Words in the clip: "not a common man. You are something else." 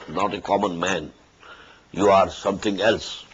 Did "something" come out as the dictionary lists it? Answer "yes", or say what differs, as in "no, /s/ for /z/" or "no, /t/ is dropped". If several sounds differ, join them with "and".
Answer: no, /t/ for /θ/